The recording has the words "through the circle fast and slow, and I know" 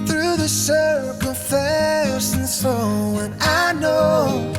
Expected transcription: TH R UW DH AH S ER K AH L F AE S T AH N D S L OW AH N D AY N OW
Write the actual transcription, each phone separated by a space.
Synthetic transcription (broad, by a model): TH R UW DH AH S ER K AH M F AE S AH N S OW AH N AY N OW